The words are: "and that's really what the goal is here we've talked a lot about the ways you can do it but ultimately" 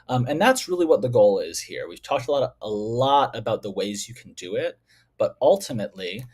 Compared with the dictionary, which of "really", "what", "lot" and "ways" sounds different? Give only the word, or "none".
none